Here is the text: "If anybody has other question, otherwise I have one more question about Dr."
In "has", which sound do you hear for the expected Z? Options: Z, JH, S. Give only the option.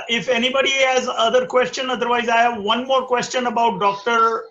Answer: Z